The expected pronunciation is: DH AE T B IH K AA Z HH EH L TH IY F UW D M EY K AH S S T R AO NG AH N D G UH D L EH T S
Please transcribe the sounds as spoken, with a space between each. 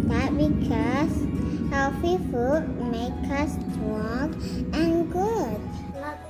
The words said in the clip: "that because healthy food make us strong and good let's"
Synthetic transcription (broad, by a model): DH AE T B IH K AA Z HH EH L F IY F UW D M EY K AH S S T R AO NG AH N G UH D